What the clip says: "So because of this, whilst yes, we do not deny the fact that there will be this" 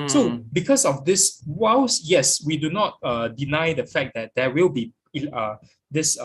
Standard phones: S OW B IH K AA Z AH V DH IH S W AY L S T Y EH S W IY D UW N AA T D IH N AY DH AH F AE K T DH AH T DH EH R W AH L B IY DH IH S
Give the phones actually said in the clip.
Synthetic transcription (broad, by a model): S OW B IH K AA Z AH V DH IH S W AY W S Y EH S W IY D UW N AA T D IH N AY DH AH F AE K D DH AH T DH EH W AH L B IY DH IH S